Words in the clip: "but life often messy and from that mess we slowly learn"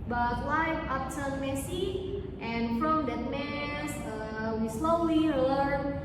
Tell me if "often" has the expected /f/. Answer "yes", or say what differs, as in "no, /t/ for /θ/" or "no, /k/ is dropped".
no, /p/ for /f/